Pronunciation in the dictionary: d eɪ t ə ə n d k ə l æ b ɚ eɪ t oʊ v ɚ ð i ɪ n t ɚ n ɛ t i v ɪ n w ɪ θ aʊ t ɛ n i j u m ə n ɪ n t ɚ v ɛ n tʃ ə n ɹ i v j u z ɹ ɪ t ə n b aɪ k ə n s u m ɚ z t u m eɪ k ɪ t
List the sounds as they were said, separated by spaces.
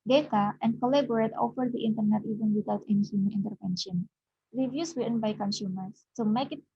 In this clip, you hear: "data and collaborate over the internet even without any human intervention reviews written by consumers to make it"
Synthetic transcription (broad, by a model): d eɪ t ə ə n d k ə l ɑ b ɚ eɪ t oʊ f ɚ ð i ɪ n t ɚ n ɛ t i v ɪ n w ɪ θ aʊ t ɛ n i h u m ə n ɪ n t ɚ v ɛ n ʃ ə n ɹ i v j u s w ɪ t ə n b aɪ k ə n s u m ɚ s t u m eɪ k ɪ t